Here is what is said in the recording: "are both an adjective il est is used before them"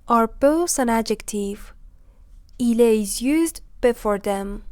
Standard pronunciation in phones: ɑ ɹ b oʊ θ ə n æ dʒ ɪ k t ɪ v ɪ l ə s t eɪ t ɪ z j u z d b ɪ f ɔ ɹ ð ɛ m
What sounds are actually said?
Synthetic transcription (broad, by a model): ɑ ɹ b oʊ s ə n æ dʒ ɪ k t ɪ v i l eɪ ɪ z j u z d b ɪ f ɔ ɹ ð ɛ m